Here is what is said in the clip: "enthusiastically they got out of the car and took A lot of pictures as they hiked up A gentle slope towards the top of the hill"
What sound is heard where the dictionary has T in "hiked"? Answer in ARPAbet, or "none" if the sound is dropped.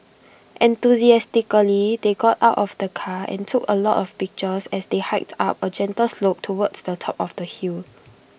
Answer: T